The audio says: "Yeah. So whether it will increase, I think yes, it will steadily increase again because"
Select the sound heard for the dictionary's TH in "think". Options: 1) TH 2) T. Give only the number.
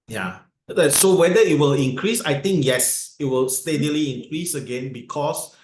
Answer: 2